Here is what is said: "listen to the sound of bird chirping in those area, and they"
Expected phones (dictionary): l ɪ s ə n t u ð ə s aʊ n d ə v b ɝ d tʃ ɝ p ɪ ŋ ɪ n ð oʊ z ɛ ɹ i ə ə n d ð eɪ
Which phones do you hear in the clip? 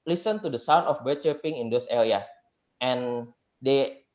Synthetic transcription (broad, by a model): l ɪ s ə n t u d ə s aʊ n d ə f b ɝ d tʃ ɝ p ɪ ŋ ɪ n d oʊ s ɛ l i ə ə n d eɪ